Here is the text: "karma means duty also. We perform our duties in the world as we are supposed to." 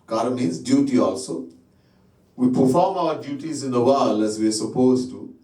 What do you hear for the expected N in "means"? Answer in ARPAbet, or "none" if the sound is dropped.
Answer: none